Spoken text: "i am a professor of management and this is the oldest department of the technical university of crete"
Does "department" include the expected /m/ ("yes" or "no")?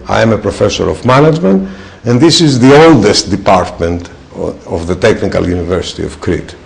yes